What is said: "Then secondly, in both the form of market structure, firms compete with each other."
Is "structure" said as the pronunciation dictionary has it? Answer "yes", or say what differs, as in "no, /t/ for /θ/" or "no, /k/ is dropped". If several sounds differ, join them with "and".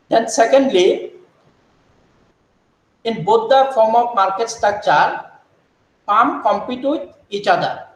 no, /ɹ/ is dropped